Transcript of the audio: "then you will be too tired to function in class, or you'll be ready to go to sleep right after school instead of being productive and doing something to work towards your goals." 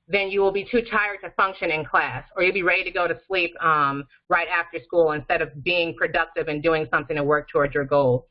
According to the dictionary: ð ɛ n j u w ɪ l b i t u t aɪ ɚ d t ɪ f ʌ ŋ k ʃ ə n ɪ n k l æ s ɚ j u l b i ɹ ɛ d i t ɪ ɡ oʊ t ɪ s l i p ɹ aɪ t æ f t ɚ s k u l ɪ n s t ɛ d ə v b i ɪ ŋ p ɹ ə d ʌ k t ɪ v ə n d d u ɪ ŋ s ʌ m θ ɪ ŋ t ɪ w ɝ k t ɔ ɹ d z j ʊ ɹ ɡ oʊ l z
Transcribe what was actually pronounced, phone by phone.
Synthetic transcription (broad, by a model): ð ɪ n j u w ɪ l b i t u t aɪ ɚ d t ɪ f ʌ ŋ k ʃ ə n ɪ n k l æ s ɚ j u l b i ɹ ɛ d i t ɪ ɡ oʊ t ɪ s l i p ɹ aɪ t æ f t ɚ s k u l ɪ n s t ɛ d ə v b i ɪ ŋ p ɹ ə d ʌ k t ɪ v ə n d d u ɪ ŋ s ʌ m θ ɪ ŋ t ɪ w ɝ k t ɔ ɹ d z j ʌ ɹ ɡ oʊ l